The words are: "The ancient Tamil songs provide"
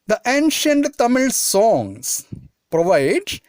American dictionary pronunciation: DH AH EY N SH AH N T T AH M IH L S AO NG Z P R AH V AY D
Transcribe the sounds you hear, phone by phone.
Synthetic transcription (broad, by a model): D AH EY N SH AH N T T AH M IH L S AO NG S P R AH V AY D